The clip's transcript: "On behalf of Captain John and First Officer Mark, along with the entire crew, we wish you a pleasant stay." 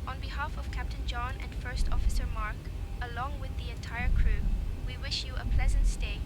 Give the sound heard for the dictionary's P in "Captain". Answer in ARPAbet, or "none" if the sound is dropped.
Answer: P